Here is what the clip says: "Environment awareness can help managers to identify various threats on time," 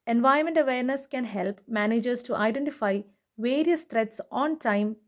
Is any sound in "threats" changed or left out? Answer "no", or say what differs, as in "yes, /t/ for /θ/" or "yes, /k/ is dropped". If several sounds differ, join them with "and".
yes, /t/ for /θ/